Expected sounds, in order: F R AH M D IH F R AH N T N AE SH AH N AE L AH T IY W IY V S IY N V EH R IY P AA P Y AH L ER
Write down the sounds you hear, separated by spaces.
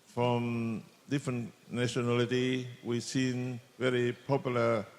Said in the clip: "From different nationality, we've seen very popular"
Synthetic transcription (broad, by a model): F R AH M D IH F R AH N T N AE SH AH N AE L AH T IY W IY S IY N V EH R IY P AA P Y L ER